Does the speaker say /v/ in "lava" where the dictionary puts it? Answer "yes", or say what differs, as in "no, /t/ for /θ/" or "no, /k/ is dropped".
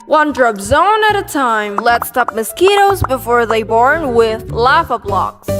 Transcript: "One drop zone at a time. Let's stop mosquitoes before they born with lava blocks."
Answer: no, /f/ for /v/